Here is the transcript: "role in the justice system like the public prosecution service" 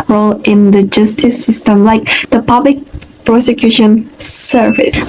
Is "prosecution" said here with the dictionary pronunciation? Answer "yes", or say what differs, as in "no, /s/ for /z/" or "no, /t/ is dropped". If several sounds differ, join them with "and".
yes